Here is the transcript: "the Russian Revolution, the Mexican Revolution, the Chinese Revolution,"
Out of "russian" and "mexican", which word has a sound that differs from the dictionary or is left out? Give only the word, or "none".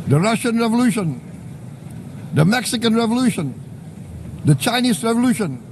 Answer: none